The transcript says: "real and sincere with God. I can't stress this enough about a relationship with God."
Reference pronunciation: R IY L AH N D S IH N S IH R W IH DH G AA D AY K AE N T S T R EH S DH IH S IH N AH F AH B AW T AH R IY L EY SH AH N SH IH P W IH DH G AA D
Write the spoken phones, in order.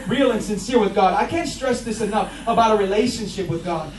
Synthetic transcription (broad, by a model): R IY L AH N S IH N S IH R W IH DH G AA D AY K AE N T S T R EH S DH IH S IH N AH F AH B AW T AH R IY L EY SH AH N SH IH P W IH DH G AA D